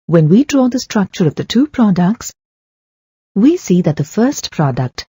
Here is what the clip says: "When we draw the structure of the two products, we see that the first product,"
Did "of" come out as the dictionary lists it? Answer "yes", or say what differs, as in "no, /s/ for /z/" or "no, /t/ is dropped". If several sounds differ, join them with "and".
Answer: yes